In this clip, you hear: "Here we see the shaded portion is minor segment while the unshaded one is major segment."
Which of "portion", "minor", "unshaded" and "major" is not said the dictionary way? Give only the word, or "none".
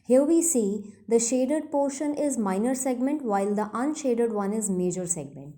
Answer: none